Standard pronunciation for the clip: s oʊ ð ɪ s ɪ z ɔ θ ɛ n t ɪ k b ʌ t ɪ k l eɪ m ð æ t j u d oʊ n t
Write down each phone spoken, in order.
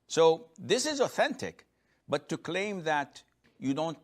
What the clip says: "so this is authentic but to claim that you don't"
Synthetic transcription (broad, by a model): s oʊ ð ɪ s ɪ z ɔ θ ɛ n t ɪ k b ʌ t ɪ k l eɪ m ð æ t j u d oʊ n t